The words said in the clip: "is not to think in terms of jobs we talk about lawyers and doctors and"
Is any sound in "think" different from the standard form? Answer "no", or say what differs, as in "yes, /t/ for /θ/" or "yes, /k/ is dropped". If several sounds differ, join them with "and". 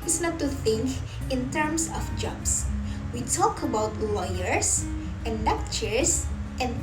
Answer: no